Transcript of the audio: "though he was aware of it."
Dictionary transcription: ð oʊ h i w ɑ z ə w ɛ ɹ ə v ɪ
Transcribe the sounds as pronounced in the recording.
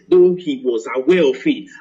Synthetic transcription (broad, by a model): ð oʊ h i w ɑ z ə w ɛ l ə f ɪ